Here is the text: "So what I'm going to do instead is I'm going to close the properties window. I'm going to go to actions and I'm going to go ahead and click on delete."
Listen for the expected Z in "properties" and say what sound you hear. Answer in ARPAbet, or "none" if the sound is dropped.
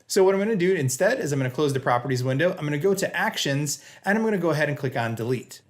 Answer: Z